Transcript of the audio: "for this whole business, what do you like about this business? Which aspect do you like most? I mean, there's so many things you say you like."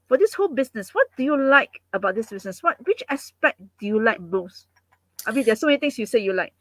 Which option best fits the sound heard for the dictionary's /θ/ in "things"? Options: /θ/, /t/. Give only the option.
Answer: /t/